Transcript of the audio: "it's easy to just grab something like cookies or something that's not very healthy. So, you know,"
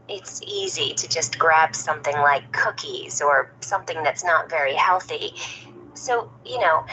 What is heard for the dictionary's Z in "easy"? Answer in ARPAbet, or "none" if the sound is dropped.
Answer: Z